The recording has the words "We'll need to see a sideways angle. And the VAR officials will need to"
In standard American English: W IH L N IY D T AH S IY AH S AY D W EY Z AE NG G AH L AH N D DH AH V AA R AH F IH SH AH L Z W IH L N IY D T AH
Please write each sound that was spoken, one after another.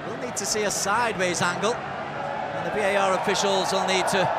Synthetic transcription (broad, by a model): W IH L N IY D T AH S IY AH S AY D W EY Z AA NG G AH L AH N DH AH B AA R AH F IH SH AH L Z W IH L N IY D T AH